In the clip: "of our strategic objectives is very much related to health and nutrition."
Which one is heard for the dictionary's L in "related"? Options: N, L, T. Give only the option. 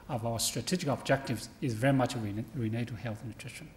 N